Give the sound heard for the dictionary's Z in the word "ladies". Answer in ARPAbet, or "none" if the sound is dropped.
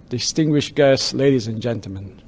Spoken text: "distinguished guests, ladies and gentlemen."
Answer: Z